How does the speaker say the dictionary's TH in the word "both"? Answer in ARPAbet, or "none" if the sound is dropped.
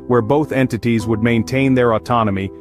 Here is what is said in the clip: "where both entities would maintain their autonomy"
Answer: TH